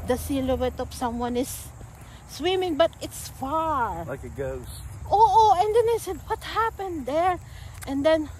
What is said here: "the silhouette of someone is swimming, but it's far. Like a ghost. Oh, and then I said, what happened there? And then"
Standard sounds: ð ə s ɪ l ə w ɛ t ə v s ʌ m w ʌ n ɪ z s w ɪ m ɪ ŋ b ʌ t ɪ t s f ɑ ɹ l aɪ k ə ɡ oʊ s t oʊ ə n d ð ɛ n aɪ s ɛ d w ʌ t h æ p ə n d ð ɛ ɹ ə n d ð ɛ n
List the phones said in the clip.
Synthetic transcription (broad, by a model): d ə s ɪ l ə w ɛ t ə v s ʌ m w ʌ n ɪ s w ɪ m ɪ ŋ b ʌ t ɪ t s f ɑ ɹ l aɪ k ə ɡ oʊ t oʊ ə n d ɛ n aɪ s ɛ d w ʌ t h æ p ə n d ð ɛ ɹ ə n d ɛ n